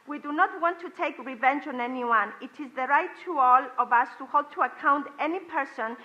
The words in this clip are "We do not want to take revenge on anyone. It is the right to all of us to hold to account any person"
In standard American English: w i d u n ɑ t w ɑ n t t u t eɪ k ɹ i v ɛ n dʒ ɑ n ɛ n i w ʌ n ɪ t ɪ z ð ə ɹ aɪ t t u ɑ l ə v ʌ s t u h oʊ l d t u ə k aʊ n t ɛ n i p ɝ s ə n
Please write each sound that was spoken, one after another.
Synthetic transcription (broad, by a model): w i d u n ɑ t w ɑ n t t u t eɪ k ɹ i v ɛ n dʒ ɑ n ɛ n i w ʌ n ɪ t ɪ z ð ə ɹ aɪ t t u ɑ l ə v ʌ s t u h oʊ l d t u ə k aʊ n t ɛ n i p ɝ s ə n